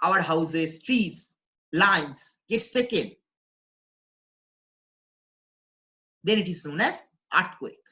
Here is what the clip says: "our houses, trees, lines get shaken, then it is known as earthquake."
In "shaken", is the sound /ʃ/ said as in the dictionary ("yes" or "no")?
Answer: no